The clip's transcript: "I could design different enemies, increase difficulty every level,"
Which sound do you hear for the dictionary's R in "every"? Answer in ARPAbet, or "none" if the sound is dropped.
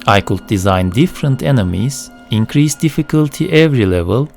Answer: R